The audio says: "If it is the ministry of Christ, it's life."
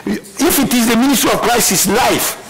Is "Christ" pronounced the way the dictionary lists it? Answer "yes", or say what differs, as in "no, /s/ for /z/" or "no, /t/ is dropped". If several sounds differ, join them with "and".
no, /t/ is dropped